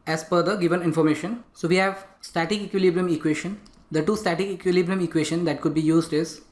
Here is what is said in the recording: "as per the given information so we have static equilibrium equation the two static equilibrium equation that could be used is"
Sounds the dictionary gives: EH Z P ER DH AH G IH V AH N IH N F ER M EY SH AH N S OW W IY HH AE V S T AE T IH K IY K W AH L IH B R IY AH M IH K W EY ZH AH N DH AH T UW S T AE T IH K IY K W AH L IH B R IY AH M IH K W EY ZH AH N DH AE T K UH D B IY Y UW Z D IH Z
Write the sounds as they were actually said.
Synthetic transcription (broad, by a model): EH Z F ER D AH G IH V AH N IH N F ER M EY SH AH N S OW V IY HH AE V S T AE T IH K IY K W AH L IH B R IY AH M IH K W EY SH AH N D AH T UW S T AE T IH K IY K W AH L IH B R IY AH M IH K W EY SH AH N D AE T K UH D B IY Y UW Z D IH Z